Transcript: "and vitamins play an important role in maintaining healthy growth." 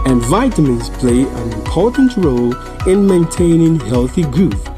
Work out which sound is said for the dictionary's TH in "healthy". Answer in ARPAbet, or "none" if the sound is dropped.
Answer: TH